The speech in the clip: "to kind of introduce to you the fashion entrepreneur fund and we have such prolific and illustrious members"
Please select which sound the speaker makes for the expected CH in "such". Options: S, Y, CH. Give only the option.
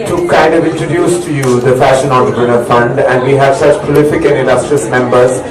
CH